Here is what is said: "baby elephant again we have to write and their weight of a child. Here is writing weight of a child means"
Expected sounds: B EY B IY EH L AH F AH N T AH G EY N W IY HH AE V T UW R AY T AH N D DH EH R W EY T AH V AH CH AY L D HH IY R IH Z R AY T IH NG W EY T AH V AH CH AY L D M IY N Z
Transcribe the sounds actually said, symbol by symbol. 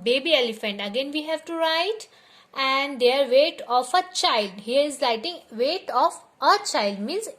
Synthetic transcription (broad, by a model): B EY B IY EH L AH F AH N T AH G EY N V IY HH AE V T UW R AY T AH N D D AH R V EY T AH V AH CH AY L D HH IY R IH Z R AY T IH NG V EY T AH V AH CH AY L D M IY N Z